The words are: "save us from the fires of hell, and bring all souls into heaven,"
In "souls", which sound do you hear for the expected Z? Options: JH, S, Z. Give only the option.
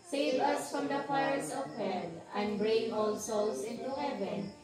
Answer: S